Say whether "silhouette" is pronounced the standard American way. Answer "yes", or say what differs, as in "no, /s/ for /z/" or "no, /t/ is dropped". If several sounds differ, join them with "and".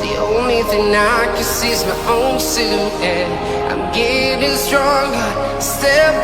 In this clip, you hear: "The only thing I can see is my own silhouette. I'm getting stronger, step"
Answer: no, /l/ is dropped and /t/ is dropped